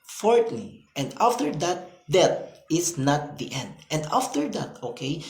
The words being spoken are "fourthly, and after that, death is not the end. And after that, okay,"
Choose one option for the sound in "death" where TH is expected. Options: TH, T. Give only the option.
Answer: T